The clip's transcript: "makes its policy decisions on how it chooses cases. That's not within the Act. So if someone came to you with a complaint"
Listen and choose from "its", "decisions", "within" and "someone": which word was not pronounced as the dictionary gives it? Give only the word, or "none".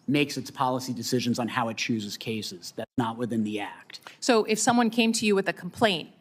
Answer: none